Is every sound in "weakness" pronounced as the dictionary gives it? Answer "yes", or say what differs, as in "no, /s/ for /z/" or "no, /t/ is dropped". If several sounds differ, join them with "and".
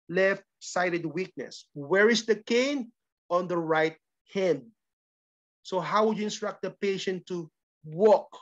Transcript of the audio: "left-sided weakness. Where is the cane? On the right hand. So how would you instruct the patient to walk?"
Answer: yes